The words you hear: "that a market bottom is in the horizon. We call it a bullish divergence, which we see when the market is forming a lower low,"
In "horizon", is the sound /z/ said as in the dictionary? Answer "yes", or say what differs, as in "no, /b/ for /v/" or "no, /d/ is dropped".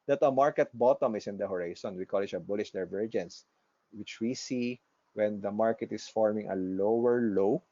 no, /s/ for /z/